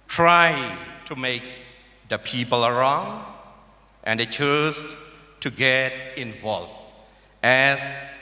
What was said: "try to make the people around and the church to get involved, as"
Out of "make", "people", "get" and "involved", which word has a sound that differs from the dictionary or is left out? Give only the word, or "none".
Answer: involved